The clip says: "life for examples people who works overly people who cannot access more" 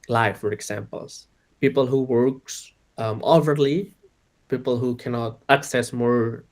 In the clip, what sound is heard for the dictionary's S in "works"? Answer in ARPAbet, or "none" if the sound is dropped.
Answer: S